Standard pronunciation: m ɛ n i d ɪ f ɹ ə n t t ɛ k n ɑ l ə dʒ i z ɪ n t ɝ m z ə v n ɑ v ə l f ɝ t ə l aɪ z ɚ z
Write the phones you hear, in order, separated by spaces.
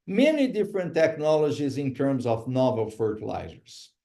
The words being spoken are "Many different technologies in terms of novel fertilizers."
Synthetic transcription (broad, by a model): m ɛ n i d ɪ f ɹ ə n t t ɛ k n ɑ l ə dʒ i z ɪ n t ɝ m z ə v n ɑ v ə l f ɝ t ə l aɪ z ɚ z